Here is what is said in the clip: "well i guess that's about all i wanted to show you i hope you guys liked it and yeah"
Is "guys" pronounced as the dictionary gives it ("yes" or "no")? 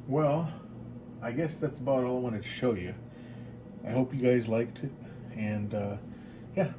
yes